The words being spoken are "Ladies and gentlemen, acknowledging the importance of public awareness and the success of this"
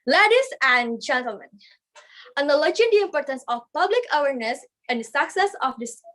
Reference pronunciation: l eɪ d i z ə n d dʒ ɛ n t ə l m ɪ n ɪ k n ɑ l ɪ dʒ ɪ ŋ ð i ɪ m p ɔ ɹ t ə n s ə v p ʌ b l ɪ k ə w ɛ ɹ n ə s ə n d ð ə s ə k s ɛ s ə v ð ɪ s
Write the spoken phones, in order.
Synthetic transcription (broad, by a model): l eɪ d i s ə n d dʒ ɛ n t ə l m ɪ n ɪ n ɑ l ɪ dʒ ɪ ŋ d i ɪ m p ɔ ɹ t ə n s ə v p ʌ b l ɪ k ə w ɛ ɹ n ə s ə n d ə s ə k s ɛ s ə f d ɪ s